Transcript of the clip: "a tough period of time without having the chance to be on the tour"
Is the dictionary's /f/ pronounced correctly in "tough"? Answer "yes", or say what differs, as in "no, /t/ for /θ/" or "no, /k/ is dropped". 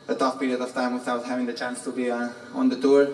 no, /p/ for /f/